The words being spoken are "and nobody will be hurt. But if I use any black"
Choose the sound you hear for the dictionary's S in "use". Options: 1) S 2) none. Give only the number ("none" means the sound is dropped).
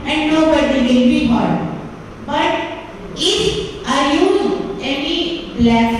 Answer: 2